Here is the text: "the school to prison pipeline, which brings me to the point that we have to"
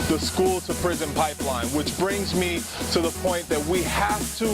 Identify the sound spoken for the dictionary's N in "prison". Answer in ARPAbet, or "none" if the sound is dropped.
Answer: N